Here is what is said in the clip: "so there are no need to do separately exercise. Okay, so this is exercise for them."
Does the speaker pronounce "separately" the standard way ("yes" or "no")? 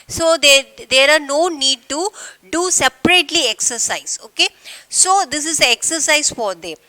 yes